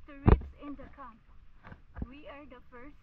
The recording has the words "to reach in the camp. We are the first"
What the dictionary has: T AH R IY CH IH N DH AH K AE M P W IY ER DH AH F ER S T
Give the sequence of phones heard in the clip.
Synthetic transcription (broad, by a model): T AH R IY S IH N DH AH K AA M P W IY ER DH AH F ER S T